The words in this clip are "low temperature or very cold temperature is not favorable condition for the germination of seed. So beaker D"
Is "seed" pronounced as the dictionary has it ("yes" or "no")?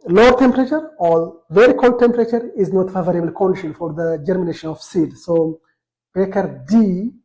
yes